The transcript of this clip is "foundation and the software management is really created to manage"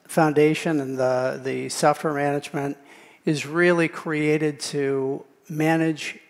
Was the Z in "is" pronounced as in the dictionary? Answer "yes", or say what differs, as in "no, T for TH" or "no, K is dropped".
yes